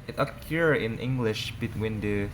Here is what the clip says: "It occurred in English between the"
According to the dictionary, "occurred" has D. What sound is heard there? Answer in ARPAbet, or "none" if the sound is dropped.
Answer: none